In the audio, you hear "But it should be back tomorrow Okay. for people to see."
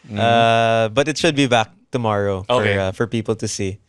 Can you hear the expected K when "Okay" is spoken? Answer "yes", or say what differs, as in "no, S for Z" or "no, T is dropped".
no, K is dropped